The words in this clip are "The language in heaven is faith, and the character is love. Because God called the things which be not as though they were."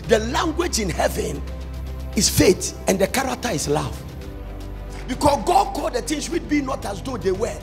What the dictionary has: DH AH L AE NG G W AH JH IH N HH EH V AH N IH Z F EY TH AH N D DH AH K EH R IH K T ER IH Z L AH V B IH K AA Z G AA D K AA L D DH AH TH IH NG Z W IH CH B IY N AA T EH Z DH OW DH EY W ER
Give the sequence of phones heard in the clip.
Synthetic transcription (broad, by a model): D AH L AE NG G W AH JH IH N HH EH V AH N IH S F EY T AH N D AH K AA R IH K T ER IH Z L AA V B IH K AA S G AA D K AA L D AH T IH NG S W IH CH B IY N AA T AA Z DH OW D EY W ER